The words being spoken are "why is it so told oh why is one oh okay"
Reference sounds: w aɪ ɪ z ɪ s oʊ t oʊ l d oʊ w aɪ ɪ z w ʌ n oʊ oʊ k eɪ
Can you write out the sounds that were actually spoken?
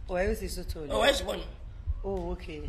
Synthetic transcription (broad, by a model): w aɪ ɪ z ɪ s oʊ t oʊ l oʊ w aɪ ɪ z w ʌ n oʊ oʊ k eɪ